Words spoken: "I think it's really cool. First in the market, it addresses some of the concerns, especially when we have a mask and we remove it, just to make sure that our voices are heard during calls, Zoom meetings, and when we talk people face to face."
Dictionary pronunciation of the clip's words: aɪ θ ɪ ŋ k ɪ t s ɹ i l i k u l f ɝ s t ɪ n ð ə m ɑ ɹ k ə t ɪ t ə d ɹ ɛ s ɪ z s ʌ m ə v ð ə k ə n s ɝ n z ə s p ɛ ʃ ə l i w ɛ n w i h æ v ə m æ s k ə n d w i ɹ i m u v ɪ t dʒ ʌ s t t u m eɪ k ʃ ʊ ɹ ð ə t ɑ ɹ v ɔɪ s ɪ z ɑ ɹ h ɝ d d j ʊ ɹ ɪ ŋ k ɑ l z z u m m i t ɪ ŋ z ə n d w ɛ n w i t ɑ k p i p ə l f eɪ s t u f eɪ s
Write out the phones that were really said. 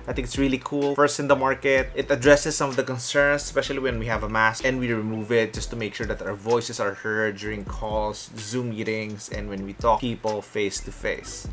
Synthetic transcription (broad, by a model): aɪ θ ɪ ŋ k ɪ t s ɹ i l i k u l f ɝ s t ɪ n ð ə m ɑ ɹ k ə t ɪ t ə d ɹ ɛ s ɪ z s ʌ m ə v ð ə k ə n s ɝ n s s p ɛ ʃ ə l i w ɛ n w i h æ v ə m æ s ə n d w i ɹ i m u v ɪ t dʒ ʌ s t t u m eɪ k ʃ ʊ ɹ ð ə t ɑ ɹ v ɔɪ s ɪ s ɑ ɹ h ɝ d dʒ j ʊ ɹ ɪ ŋ k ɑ l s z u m m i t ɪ ŋ s ə n d w ɛ n w i t ɑ k p i p ə l f eɪ s t u f eɪ s